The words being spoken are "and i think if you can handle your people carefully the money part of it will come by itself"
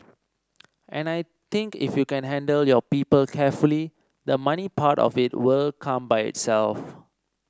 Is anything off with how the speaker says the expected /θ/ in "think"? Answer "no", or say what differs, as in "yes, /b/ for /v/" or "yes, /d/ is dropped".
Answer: yes, /t/ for /θ/